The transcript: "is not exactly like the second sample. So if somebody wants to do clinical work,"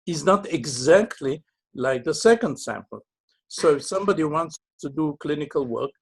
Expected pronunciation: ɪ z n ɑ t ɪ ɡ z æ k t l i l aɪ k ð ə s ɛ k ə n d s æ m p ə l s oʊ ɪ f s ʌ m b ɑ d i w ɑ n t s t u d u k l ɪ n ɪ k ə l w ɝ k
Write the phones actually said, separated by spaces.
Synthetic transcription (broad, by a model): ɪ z n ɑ t ɪ ɡ z æ k t l i l aɪ k ð ə s ɛ k ə n d s æ m p ə l s oʊ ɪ s ʌ m b ɑ d i w ɑ n t s t u d u k l ɪ n ɪ k ə l w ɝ k